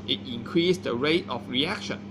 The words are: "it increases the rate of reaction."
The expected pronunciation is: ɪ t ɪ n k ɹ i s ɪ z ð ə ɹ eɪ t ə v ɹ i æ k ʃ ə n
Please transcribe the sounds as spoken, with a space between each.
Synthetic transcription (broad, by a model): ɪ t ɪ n k ɹ i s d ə ɹ eɪ t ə f ɹ i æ k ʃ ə n